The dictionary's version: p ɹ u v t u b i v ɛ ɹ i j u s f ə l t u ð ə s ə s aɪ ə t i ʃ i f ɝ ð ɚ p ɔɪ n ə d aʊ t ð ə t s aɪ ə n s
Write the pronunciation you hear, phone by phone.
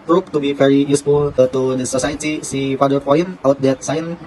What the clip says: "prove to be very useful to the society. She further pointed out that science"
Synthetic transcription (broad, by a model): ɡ ɹ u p t u b i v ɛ ɹ i j u s f ə l t u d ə s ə s aɪ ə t i s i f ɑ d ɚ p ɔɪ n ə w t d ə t s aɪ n